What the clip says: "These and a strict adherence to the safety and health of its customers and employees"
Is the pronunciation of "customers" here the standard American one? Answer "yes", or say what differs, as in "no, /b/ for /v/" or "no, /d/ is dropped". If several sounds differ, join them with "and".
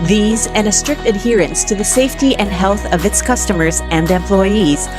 yes